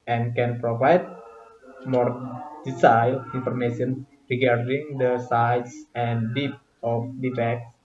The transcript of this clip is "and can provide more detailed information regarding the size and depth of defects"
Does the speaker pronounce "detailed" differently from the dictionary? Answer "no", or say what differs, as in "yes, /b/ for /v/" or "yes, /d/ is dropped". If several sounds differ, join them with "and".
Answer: yes, /s/ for /t/